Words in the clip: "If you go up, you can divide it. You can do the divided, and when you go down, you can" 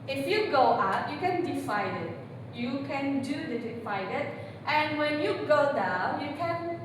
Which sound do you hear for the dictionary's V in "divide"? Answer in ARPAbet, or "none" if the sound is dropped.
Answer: F